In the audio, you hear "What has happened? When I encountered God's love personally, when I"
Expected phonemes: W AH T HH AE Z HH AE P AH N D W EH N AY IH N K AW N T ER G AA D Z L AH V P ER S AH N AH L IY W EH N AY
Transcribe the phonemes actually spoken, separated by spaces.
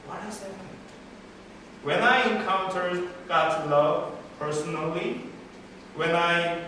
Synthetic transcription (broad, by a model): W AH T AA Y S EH AH W EH N AY IH N K AW N T ER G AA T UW L AH V P ER S AH N AH L IY W EH N AY